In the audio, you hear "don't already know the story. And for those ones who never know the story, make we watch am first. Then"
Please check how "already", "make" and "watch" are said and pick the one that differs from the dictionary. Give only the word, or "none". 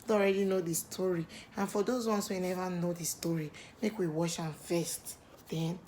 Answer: watch